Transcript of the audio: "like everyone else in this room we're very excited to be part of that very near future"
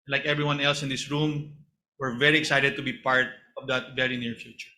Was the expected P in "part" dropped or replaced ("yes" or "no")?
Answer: no